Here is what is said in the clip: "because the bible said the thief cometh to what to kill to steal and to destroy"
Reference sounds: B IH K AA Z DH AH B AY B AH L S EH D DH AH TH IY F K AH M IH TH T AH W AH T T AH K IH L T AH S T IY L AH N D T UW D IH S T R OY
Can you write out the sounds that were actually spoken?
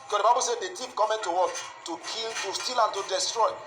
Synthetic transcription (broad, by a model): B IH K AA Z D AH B AY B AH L S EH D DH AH T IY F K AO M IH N T AH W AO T T AH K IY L T AH S T IY L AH N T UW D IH S T R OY